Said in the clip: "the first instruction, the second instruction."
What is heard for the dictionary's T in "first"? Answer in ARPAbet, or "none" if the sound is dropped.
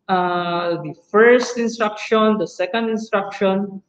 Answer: T